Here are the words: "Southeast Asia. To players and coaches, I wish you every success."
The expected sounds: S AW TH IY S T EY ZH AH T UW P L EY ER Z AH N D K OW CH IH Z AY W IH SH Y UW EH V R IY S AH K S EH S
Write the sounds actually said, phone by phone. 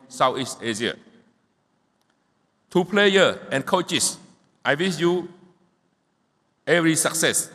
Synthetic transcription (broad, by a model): S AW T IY S T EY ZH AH T UW P L EY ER AH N K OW CH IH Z AY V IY S Y UW EH V R IY S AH K S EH S